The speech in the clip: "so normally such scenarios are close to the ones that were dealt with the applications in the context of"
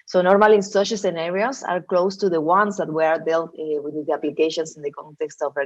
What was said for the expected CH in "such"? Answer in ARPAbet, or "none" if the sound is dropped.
SH